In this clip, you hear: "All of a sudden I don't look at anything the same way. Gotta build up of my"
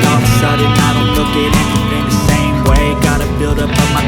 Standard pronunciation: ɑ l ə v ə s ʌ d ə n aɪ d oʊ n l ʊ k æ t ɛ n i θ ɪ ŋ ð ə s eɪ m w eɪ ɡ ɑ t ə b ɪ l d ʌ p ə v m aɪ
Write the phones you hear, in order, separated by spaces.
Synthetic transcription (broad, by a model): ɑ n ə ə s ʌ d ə ɪ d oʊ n l ʊ k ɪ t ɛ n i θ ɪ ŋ ð ə s eɪ m w eɪ ɡ ɑ t ə b ɪ l d ʌ p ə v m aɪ